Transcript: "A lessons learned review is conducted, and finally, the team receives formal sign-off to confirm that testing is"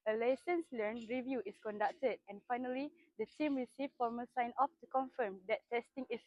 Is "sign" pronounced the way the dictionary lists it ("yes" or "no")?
yes